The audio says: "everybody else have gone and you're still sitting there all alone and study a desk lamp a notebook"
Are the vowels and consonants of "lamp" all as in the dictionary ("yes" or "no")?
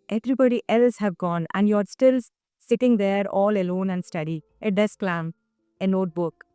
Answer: no